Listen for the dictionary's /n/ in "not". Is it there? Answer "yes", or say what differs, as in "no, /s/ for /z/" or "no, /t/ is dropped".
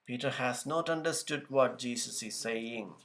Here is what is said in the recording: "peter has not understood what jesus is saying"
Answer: yes